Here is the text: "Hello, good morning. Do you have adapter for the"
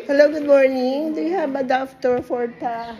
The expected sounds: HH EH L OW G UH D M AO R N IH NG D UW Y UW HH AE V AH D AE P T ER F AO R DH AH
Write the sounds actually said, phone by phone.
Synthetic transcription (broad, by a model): HH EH L OW G UH D M AO R N IH NG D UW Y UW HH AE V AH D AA F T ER F AO R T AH